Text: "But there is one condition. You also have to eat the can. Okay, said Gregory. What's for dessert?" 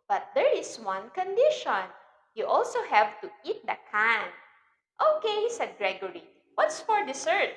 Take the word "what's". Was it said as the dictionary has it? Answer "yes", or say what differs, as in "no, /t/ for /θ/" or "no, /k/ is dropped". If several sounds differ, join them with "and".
yes